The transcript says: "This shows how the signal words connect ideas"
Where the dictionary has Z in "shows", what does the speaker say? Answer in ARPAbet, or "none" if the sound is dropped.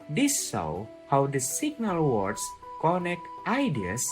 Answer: none